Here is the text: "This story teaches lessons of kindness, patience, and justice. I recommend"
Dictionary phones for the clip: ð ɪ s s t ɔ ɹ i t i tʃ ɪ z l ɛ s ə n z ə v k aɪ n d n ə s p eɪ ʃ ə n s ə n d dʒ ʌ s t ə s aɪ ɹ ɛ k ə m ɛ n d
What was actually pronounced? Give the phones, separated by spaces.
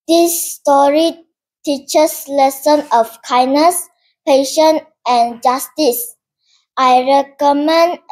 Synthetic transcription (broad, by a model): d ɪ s s t ɔ ɹ i t i tʃ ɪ s l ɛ s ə n ə f k aɪ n n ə s p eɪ ʃ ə n ə n dʒ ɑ s t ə s aɪ ɹ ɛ k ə m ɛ n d